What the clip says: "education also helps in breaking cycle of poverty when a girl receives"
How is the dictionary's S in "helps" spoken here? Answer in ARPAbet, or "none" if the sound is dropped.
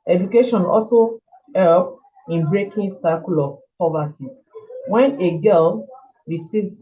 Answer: none